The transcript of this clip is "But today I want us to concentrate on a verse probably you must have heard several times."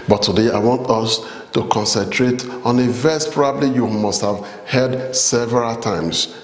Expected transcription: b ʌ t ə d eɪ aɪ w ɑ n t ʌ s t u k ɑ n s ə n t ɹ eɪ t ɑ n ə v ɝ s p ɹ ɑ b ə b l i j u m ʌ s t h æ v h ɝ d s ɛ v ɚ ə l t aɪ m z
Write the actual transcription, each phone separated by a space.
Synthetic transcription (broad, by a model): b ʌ t ə d eɪ aɪ w ɑ n t ʌ s t u k ɑ n s ə n t ɹ eɪ t ɑ n ə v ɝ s p ɹ ɑ b ə b l i j u m ʌ s t h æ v h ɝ d s ɛ v ɚ ə l t aɪ m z